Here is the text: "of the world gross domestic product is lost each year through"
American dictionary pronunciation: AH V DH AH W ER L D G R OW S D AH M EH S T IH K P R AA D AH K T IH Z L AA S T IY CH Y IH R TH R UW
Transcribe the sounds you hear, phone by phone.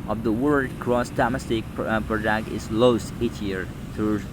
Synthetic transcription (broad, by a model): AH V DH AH W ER D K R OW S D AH M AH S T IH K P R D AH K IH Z L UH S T IY CH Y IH R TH R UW